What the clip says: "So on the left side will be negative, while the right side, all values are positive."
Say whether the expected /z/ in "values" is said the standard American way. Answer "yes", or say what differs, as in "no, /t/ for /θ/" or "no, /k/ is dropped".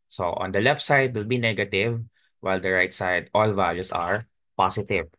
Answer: no, /s/ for /z/